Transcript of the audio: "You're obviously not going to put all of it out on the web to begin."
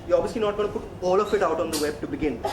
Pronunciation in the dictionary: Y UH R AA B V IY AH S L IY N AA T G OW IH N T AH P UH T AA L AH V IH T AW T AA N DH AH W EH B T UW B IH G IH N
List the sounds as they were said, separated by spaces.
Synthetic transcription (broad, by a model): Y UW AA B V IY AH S L IY N AA T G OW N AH P UH T AA L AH F IH T AW T AA N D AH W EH B T UW B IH G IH N